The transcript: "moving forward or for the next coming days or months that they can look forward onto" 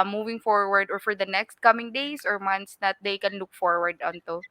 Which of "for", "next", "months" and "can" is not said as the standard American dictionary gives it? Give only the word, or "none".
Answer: months